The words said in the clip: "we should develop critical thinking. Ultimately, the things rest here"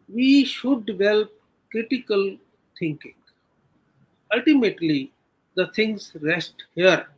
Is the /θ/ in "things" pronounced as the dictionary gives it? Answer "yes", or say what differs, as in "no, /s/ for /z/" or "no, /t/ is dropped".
no, /t/ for /θ/